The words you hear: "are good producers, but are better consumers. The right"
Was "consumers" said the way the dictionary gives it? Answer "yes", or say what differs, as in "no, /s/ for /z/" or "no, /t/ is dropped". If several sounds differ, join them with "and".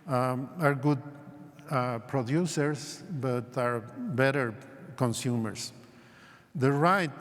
no, /s/ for /z/